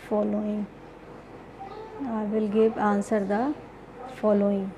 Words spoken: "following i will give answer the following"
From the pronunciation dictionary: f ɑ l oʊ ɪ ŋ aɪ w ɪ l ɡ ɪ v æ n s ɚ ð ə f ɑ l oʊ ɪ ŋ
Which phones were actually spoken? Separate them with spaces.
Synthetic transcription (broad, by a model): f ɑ l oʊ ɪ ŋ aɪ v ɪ l ɡ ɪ p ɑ n s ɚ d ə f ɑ l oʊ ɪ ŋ